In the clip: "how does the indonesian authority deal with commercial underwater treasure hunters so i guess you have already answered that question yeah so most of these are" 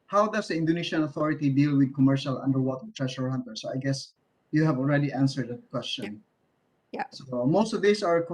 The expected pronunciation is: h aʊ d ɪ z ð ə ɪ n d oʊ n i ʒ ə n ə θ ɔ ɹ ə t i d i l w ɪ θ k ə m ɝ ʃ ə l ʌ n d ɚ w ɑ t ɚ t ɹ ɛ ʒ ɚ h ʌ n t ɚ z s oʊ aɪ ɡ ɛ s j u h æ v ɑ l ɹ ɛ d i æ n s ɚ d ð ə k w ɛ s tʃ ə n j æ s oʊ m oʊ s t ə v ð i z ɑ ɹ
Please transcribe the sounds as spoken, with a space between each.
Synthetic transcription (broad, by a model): h aʊ d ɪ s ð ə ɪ n d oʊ n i ʃ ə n ə θ ɔ ɹ ə t i d i l w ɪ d k ə m ɝ ʃ ə l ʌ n d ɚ w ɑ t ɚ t ɹ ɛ ʃ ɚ h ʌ n t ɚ s oʊ aɪ ɡ ɛ s j u h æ v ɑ l ɹ ɛ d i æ n s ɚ d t k w ɛ s tʃ ə n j s oʊ m oʊ s t ə v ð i s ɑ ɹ